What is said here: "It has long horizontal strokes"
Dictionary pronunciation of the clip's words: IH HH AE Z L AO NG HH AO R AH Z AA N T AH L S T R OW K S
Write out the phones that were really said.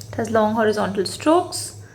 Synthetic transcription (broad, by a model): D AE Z L AO NG HH AO R AH Z AA N T AH L S T R OW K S